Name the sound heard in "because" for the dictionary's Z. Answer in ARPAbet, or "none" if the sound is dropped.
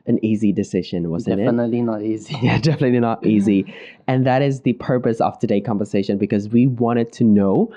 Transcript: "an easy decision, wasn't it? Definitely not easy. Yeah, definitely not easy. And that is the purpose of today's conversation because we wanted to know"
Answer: Z